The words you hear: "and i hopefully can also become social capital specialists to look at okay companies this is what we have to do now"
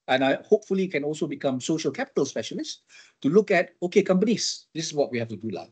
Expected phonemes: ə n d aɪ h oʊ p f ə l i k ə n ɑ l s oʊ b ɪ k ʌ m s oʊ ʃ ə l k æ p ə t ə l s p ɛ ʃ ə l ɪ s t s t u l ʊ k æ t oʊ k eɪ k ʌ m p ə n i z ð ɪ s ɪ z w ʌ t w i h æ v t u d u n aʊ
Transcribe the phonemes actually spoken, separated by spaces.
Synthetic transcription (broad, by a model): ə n aɪ h oʊ p f ə l i k ə n ɑ l s oʊ b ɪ k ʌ m s oʊ ʃ ə l k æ p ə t ə l s p ɛ ʃ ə l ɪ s s t u l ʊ k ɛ t oʊ k eɪ k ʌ m p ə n i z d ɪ s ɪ s w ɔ t w i h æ f t u d u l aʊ